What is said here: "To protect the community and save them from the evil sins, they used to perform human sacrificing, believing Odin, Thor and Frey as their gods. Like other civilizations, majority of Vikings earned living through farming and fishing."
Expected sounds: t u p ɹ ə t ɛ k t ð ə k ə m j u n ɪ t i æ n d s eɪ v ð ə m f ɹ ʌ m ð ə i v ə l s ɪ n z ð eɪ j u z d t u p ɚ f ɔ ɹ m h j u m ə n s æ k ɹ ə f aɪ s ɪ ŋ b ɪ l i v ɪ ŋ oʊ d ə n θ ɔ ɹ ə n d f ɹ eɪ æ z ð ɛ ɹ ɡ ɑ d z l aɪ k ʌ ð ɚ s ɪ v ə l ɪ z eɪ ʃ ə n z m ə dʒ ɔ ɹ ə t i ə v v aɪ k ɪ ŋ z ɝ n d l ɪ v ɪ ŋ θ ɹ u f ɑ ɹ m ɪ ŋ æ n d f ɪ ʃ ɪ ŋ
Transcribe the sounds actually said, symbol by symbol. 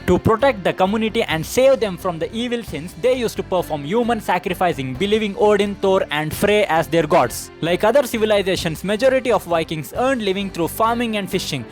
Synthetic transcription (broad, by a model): t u p ɹ ə t ɛ k t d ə k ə m j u n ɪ t i æ n d s eɪ v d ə m f ɹ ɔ m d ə i v ə l s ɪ n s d eɪ j u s t u p ɚ f ɔ ɹ m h j u m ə n s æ k ɹ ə f aɪ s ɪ ŋ b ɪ l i v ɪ ŋ oʊ d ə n t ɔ ɹ ə n d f ɹ eɪ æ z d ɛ ɹ ɡ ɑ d s l aɪ k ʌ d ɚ s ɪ v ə l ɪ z eɪ ʃ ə n s m ə dʒ ɔ ɹ ə t i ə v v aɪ k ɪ ŋ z ɝ n d l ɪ v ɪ ŋ t ɹ u f ɑ ɹ m ɪ ŋ æ n d f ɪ ʃ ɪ ŋ